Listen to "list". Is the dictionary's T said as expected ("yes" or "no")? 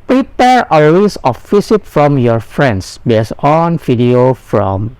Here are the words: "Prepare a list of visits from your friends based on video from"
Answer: no